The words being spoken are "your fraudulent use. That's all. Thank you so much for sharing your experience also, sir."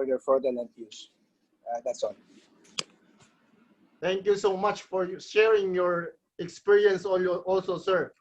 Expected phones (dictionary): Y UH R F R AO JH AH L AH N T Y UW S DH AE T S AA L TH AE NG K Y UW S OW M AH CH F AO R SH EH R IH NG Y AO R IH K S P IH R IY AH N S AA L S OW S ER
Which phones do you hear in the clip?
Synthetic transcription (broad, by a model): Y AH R F AO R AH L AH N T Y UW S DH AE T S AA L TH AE NG K Y UW S OW M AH CH F AO R SH EH R IH NG Y AO R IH K S P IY R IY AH N S AA L S OW S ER